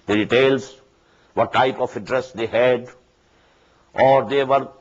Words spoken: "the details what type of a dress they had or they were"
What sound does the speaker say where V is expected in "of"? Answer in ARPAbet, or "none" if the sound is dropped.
F